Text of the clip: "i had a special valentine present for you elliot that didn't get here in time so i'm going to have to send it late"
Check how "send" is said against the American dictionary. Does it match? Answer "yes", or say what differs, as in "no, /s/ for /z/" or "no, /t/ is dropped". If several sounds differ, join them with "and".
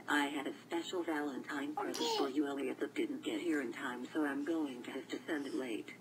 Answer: yes